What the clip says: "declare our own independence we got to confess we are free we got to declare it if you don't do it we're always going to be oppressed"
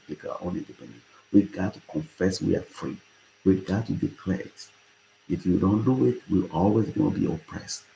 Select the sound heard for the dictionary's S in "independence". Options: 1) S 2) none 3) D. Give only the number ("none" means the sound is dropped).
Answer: 2